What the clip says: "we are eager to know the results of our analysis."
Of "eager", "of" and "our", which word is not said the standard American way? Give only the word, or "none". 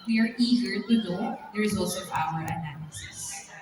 of